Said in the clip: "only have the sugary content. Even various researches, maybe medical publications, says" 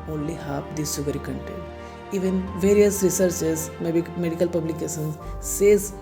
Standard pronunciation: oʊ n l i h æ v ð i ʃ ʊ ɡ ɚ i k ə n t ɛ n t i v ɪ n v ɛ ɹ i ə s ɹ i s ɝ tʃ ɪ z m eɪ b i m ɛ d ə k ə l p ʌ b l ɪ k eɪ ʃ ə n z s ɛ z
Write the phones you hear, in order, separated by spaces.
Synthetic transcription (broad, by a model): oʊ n l i h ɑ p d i s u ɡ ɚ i k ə n t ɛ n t i v ɪ n v ɛ ɹ i ə s ɹ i s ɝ s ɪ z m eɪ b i m ɛ d ə k ə l p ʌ b l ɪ k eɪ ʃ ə n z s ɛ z